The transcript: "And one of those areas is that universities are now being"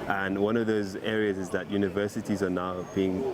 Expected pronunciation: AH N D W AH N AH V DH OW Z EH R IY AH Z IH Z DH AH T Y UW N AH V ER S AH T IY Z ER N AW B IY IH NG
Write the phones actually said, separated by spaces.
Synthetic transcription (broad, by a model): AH N W AH N AH V DH OW Z EH R IY AH Z IH Z DH AH T Y UW N AH V ER S AH T IY Z ER N AW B IY IH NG